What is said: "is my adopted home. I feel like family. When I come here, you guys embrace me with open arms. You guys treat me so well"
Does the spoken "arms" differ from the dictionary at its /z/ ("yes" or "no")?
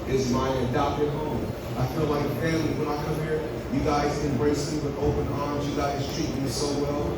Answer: no